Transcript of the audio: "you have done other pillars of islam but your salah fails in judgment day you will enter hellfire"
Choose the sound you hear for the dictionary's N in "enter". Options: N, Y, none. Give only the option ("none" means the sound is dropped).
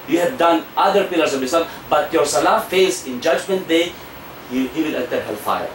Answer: none